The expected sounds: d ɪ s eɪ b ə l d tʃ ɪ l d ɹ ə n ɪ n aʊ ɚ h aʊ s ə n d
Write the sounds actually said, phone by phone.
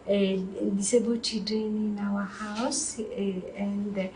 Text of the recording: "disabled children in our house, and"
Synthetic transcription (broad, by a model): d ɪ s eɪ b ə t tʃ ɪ d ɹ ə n ɪ n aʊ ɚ h aʊ s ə n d